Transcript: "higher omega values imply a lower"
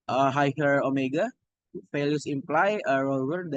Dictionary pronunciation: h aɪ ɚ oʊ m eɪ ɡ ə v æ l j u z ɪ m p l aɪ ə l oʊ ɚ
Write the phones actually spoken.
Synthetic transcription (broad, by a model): h aɪ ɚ oʊ m eɪ ɡ ə f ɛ l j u s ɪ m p l aɪ ə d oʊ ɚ